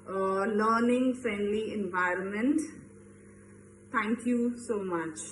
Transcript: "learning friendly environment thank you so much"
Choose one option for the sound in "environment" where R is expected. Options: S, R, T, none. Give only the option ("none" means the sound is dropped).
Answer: R